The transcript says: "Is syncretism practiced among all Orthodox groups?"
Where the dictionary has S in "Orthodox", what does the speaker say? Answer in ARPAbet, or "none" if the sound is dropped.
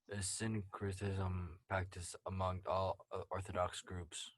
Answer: S